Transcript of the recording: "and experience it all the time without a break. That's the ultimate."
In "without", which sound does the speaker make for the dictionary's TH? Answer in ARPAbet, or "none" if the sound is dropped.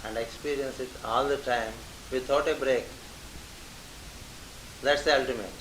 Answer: T